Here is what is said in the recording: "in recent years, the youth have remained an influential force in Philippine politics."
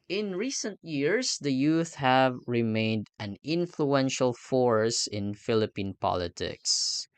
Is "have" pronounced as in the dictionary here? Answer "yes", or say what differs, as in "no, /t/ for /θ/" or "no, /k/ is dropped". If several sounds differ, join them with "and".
yes